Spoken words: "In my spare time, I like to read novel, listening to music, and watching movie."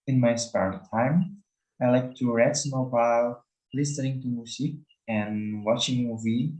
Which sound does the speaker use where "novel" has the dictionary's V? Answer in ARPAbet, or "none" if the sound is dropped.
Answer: B